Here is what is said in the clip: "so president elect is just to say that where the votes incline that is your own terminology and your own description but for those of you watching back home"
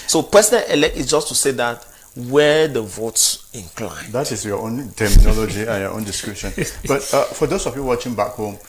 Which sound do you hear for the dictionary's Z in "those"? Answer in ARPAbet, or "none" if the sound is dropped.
S